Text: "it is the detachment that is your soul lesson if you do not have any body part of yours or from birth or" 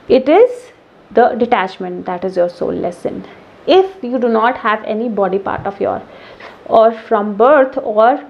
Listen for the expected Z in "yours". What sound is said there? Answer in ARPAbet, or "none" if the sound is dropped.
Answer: none